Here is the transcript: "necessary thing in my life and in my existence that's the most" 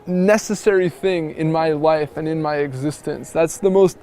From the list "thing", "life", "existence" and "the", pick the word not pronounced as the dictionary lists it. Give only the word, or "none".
none